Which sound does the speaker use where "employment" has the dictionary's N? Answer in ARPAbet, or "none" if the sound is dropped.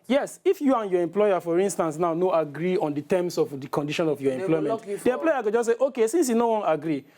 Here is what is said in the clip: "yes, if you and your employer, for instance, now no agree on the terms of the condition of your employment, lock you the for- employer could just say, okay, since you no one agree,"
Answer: none